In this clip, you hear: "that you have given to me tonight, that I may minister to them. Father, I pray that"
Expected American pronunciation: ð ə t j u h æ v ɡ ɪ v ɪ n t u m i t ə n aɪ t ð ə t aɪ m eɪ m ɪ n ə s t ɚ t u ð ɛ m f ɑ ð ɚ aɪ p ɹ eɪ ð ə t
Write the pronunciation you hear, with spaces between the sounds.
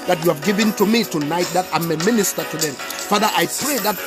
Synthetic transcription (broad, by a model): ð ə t j u h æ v ɡ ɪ v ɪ n t u m i t ə n aɪ t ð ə t aɪ m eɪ m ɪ n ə s t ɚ t u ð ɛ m f ɑ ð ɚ aɪ p ɹ eɪ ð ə t